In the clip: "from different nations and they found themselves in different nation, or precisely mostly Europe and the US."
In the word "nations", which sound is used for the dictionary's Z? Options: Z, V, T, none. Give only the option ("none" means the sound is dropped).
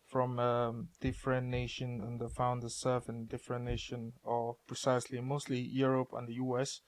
none